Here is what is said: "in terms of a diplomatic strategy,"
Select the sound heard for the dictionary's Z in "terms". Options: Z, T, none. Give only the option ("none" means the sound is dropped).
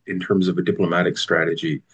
Z